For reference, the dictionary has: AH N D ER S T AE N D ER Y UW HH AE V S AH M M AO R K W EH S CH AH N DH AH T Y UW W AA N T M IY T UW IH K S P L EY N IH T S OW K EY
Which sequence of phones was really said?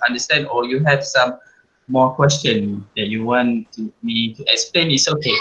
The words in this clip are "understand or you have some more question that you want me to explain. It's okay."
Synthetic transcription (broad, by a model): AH N D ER S T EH N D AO Y UW HH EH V S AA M M AO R K W EH S CH AH N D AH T Y UW W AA N T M IY T UW IH K S P L EY N IH T S OW K EY